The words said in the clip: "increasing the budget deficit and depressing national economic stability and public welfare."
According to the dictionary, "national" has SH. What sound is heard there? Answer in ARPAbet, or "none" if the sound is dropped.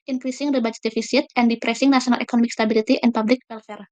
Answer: S